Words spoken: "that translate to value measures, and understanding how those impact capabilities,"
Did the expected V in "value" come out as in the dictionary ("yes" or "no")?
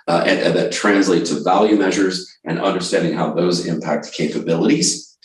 yes